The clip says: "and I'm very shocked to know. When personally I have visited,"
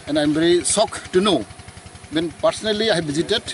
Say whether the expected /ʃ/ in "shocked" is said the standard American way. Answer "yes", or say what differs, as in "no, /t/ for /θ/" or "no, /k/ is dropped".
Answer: no, /s/ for /ʃ/